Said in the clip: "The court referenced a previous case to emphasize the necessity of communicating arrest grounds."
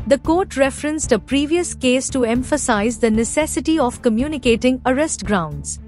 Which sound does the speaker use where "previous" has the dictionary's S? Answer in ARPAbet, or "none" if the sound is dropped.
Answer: S